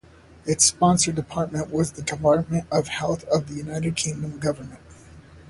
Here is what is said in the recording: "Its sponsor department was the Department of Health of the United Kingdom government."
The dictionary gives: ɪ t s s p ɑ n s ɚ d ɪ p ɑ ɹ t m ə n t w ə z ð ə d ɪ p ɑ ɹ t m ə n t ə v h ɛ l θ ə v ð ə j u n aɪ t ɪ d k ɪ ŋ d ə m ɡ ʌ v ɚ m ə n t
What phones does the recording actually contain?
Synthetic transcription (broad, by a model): ɪ t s s p ɑ n s ɚ d ɪ p ɑ ɹ t m ə n t w ə z ð ə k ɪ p ɑ ɹ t m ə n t ə v h ɛ l θ ə v ð ə j u n aɪ t ɪ d k ɪ ŋ d ə m ɡ ʌ v ɚ m ə n t